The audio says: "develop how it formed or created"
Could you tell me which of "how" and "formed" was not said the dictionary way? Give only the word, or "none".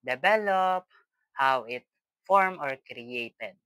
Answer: formed